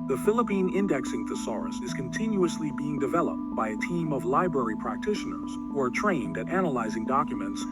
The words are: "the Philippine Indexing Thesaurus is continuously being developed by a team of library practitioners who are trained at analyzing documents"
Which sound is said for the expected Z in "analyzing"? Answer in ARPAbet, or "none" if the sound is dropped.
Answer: Z